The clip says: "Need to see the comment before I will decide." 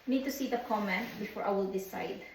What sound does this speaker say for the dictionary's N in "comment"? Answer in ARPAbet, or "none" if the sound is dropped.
N